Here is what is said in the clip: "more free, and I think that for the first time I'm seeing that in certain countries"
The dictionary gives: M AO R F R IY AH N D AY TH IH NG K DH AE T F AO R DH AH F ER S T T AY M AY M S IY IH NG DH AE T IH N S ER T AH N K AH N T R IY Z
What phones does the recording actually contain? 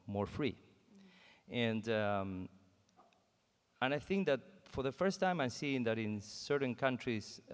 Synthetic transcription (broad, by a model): M AO R F R IY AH N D AY TH IH NG K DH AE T F AO R DH AH F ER S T T AY M AY M S IY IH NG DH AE T IH N S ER T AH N K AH N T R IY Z